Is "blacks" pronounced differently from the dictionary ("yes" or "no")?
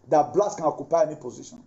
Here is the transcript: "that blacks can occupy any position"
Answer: yes